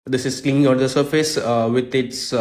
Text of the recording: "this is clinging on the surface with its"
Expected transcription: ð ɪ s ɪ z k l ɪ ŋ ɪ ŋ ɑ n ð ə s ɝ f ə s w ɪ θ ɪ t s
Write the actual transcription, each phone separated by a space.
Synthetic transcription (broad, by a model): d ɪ s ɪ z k l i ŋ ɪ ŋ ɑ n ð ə s ɝ f ə s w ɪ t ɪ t s